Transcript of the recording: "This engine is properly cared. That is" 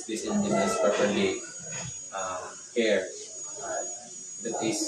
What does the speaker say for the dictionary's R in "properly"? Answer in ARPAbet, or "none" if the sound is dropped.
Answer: none